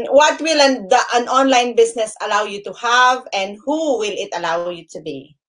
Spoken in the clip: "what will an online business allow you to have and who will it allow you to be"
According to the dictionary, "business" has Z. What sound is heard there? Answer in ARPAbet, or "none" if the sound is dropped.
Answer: S